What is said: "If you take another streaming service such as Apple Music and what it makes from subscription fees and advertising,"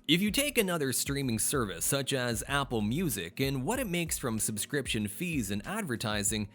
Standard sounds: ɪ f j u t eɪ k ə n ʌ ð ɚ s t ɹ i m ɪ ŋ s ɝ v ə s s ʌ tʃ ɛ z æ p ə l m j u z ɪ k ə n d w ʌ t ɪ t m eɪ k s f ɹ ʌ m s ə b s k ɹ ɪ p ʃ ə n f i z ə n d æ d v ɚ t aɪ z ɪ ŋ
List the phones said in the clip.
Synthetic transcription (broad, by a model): ɪ f j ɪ t eɪ k ə n ʌ ð ɚ s t ɹ i m ɪ ŋ s ɝ v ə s s ʌ tʃ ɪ z æ p l m j u z ɪ k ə n w ʌ t ɪ t m eɪ k s f ɹ ʌ m s ə b s k ɹ ɪ p ʃ ə n f i z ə n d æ d v ɚ t aɪ z ɪ ŋ